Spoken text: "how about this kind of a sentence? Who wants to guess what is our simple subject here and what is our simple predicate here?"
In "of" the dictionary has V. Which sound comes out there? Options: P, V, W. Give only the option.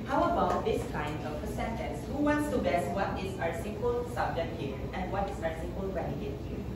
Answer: P